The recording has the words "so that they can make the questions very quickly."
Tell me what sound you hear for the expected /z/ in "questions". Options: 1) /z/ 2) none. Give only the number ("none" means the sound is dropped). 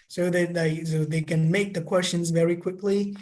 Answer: 1